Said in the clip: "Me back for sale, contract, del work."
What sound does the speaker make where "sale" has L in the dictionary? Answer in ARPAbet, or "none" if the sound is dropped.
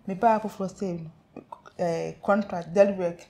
N